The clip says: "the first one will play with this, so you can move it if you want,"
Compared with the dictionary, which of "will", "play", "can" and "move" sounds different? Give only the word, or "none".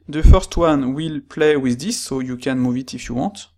none